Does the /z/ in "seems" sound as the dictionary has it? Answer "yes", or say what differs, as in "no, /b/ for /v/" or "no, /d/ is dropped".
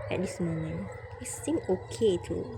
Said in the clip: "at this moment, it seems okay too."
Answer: no, /z/ is dropped